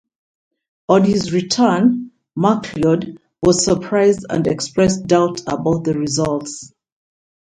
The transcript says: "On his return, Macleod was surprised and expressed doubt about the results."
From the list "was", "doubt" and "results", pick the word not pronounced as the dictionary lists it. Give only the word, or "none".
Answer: none